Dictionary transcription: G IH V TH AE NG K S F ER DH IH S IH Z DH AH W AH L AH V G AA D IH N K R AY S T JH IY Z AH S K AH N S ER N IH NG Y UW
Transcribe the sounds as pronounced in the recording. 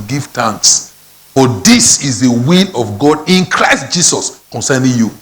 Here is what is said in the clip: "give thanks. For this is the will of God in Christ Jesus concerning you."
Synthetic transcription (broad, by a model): G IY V T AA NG K S F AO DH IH S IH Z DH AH W AH L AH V G AA D IH N K R AY S T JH IY S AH S K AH N S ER N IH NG Y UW